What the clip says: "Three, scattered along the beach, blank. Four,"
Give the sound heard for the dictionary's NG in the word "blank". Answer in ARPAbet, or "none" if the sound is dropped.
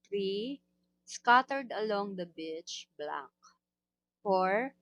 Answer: none